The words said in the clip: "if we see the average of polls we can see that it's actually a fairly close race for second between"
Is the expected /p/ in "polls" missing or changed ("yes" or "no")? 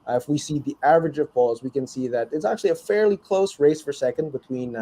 yes